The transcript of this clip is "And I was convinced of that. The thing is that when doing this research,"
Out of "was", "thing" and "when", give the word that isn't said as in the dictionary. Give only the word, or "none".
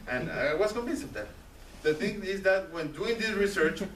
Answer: was